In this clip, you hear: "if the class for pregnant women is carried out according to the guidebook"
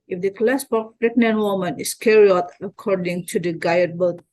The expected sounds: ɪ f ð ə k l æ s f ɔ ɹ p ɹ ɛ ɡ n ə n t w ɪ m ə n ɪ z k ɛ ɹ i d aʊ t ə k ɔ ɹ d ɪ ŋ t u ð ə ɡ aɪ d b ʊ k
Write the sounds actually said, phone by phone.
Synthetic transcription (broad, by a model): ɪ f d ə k l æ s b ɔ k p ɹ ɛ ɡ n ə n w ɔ m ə n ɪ s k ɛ ɹ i ɔ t ə k ɔ ɹ d ɪ ŋ t u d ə ɡ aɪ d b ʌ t